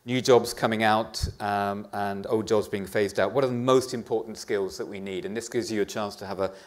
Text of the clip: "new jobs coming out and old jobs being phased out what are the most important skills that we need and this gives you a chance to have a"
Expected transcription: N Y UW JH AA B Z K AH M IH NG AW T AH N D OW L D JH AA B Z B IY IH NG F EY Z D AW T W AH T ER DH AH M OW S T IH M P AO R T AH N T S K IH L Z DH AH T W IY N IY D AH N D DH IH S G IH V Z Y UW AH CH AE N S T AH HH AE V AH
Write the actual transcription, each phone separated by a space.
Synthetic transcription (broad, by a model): N Y UW JH AA B Z K AH M IH NG AW T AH N OW L D JH AA B Z B IY IH NG F EY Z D AW T W AH T ER DH AH M OW S T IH M P AO R T N T S K IH L Z DH AH T W IY N IY D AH N DH IH S G IH V Z Y AH CH AE N S T AH V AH